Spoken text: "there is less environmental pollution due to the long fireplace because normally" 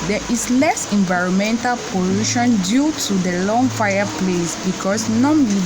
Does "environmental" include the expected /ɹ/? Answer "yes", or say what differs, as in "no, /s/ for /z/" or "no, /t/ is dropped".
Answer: yes